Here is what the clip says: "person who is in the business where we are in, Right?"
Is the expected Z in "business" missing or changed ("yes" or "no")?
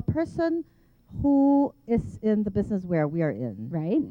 no